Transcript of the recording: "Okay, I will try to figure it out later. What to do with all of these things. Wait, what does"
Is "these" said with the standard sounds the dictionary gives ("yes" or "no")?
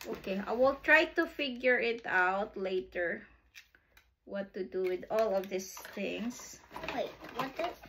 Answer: no